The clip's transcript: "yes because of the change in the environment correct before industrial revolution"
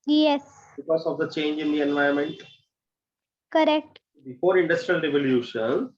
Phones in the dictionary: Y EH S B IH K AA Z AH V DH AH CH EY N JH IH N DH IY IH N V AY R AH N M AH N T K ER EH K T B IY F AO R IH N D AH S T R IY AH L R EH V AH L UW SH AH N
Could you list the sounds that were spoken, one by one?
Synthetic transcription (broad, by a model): Y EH S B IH K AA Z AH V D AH CH EY N JH IH N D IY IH N V AY AH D M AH N T K ER EH K T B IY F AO R IH N D AH S T R IY AH L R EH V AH L UW SH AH N